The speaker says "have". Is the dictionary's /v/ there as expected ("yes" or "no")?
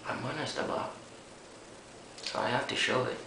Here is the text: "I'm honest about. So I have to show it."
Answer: no